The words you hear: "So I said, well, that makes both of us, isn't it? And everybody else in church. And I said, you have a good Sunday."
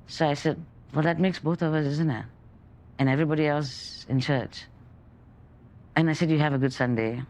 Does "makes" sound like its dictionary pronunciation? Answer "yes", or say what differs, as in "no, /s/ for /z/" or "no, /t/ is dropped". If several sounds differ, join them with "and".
yes